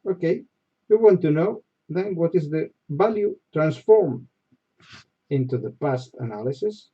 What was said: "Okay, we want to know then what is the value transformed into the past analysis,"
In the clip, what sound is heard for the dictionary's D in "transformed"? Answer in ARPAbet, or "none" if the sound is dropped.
none